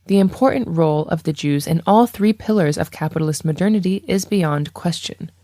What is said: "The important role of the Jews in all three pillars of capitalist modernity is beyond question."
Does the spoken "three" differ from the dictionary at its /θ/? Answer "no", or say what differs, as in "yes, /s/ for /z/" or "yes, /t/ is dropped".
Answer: no